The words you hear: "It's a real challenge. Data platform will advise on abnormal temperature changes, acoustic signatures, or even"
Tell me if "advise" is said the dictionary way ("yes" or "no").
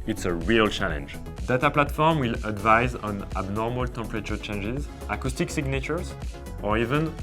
yes